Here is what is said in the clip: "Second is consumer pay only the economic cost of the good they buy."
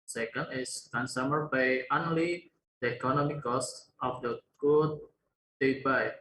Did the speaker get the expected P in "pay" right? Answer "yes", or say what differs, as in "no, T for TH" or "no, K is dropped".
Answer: no, B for P